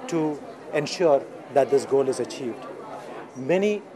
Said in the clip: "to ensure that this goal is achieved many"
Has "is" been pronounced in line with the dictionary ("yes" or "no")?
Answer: yes